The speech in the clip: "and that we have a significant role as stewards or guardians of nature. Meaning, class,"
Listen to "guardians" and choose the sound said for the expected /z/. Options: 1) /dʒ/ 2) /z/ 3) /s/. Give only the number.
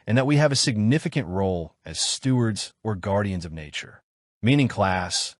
2